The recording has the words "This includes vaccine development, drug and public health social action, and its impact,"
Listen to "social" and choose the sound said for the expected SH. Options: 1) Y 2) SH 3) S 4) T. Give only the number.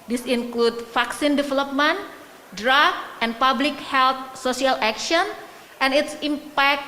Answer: 3